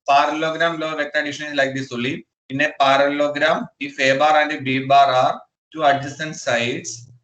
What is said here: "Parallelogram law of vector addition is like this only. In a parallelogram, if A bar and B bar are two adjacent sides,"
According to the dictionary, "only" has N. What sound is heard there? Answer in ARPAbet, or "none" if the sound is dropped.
none